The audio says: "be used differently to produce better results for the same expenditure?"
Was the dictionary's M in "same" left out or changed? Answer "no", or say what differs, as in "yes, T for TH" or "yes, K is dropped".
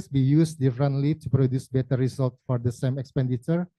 no